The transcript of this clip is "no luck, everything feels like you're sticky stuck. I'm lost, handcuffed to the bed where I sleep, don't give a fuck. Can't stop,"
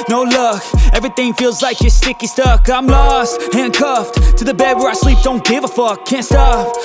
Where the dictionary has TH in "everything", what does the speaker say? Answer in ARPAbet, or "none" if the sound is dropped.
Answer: TH